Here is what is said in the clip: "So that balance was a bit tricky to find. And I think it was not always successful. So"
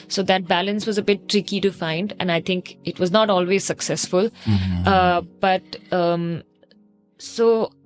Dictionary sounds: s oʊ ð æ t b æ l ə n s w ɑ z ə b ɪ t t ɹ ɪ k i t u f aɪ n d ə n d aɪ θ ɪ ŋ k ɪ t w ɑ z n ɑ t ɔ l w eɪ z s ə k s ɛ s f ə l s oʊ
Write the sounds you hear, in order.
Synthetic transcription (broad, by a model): s oʊ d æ t b æ l ə n s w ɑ z ə b ɪ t t ɹ ɪ k i t u f aɪ n d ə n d aɪ t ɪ ŋ k ɪ t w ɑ z n ɑ t ɔ l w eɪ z s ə k s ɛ s f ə l s oʊ